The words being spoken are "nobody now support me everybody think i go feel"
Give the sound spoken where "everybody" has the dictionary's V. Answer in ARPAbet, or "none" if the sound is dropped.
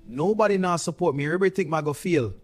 none